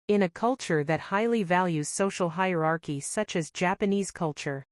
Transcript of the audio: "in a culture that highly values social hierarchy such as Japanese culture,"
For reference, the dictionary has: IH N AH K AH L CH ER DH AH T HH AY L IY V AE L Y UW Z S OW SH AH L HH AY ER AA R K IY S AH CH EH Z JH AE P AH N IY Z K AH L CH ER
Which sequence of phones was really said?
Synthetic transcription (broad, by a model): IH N AH K AH L CH ER DH AH T HH AY L IY V AE L Y UW Z S OW SH L HH AY ER AA R K IY S AH CH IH Z JH AE P AH N IY Z K AH L CH ER